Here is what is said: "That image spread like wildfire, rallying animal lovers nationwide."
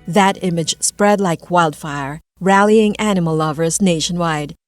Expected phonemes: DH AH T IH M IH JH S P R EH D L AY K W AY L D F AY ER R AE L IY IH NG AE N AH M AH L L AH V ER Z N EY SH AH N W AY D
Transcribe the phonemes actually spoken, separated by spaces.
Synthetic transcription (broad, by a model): DH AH T IH M IH JH S P R EH D L AY K W AY L D F AY ER R AE L IY IH NG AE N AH M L L AH V ER Z N EY SH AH N W AY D